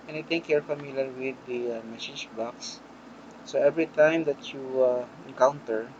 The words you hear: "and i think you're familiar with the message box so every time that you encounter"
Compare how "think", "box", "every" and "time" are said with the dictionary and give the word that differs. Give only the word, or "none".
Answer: think